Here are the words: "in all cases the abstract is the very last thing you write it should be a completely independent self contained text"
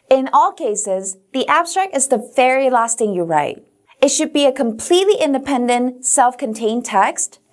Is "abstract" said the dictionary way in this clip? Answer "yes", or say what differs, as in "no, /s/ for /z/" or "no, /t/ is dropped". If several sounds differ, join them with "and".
yes